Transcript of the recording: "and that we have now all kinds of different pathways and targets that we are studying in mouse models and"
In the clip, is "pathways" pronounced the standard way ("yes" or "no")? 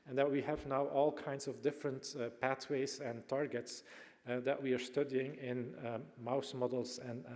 no